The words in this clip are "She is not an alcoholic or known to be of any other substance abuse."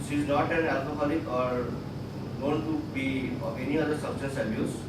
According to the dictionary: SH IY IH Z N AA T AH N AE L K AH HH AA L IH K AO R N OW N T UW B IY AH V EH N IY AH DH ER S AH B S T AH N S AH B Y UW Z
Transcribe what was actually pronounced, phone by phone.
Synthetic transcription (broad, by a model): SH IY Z N AA T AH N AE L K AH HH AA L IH K AO R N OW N T UW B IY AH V EH N IY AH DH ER S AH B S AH S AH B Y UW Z